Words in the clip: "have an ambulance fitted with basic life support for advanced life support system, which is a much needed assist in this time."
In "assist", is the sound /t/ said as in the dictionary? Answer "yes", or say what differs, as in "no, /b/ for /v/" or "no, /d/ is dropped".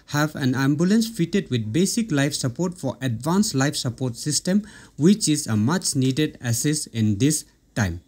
no, /t/ is dropped